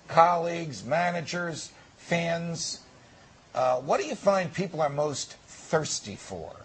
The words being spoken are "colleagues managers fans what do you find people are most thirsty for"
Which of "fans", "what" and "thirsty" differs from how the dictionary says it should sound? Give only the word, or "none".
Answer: none